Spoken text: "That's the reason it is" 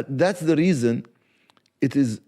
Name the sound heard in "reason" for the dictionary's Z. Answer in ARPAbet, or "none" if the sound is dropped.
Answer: Z